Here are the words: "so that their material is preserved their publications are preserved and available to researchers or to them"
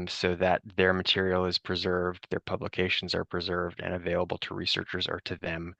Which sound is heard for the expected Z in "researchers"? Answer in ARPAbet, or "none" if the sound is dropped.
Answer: Z